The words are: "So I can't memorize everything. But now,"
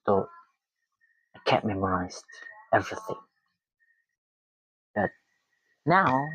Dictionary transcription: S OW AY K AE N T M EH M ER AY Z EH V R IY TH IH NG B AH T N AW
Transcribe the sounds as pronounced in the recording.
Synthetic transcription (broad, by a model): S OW AY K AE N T M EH M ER AY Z EH V R IY TH IH NG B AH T N AW